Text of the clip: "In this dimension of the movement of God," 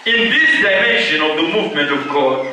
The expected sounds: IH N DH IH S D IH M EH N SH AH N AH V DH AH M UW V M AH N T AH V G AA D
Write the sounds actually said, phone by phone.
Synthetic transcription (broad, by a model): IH N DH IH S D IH IH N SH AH N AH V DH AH M UW V M AH N T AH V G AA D